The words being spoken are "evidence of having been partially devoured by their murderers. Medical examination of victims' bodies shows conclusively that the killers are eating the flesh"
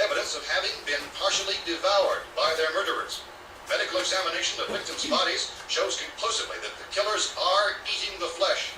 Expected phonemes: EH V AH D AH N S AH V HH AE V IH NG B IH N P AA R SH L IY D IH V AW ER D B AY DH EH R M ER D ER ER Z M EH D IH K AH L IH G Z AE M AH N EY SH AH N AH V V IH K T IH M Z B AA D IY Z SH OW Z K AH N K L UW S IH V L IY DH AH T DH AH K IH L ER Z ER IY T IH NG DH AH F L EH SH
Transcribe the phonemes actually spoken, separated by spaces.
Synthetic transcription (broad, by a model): EH V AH D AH N S AH V HH AE V IH NG B IH N P AA R SH L IY D IH V AW ER D B AY DH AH R M ER D ER ER Z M EH D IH K L IH G Z AE M AH N EY SH AH N AH V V IH K T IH M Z B AA D IY Z SH OW Z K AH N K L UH S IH V L IY DH AH T DH AH K IH L ER Z ER IY T IH NG DH AH F L EH SH